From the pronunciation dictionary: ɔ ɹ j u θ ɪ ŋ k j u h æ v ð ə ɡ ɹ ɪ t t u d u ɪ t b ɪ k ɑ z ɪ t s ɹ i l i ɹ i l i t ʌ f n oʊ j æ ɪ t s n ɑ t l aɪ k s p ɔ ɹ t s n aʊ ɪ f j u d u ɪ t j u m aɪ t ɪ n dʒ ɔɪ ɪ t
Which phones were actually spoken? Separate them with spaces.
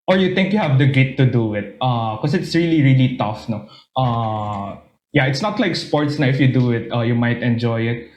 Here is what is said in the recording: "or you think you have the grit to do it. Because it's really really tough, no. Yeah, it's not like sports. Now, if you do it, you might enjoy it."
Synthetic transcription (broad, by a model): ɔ ɹ j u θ ɪ ŋ k j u h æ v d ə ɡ ɪ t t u d u ɪ t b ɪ k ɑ s ɪ t s ɹ i l i ɹ i l i t ʌ f n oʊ j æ ɪ t s n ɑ t l aɪ k s p ɔ ɹ t s n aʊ ɪ f j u d u ɪ t j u m aɪ t ɪ n dʒ ɔɪ ɪ t